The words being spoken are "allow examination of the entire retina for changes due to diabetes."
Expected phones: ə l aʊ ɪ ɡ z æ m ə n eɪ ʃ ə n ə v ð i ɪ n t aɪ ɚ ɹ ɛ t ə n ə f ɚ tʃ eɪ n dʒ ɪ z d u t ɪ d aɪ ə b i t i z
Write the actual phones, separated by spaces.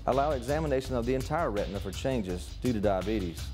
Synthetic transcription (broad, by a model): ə l aʊ ɪ ɡ z æ m ə n eɪ ʃ ə n ə v ð i ɪ n t aɪ ɚ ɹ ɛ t n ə f ɚ tʃ eɪ n dʒ ɪ z d u t ɪ d aɪ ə b i t i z